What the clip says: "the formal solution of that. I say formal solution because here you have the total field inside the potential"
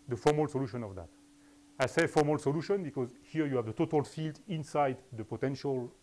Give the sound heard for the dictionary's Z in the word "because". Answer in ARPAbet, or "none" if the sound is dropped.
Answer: Z